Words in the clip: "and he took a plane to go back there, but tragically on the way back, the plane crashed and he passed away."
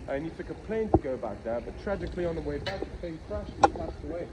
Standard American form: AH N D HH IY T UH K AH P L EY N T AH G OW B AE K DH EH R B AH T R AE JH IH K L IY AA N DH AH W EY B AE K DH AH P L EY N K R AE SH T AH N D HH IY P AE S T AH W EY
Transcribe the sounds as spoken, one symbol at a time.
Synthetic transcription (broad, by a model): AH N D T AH K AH P L EY N T AH G OW B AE K DH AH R B AH T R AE JH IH K L IY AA N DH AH W EY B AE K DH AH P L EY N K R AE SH AH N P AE S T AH W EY